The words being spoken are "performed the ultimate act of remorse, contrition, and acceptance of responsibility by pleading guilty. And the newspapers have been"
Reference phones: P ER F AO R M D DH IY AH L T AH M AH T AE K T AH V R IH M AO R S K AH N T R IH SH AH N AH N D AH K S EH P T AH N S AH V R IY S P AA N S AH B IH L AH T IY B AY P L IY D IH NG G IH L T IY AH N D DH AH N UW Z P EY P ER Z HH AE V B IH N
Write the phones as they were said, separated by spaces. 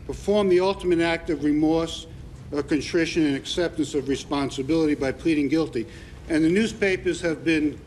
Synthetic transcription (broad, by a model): P ER F AO R M DH IY AH L T AH M AH T AE K T AH V R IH M AO R S K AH N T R IH SH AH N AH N AH K S EH P T AH N S AH V R IY S P AA N S AH B IH L AH T IY B AY P L IY D IH NG G IH L T IY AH N DH AH N UW Z P EY P ER Z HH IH V B IH N